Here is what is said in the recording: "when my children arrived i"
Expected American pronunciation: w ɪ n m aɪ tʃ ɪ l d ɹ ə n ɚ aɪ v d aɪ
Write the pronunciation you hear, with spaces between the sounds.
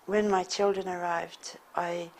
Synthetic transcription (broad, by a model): w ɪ n m aɪ tʃ ɪ l d ɹ ə n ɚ aɪ v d aɪ